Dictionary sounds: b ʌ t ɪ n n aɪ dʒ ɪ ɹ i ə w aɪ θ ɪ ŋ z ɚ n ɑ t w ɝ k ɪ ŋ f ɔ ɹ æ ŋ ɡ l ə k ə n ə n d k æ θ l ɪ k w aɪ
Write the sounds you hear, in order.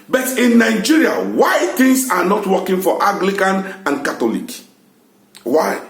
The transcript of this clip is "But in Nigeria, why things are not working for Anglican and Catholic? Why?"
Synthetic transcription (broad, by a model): b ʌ t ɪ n n aɪ dʒ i ɹ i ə w aɪ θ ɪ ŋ s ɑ n ɑ t w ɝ k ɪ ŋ f ɔ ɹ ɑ ɡ l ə k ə n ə n k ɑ t l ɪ k w aɪ